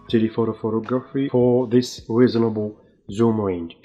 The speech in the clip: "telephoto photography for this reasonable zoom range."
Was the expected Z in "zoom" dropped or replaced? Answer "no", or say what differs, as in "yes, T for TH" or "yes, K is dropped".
no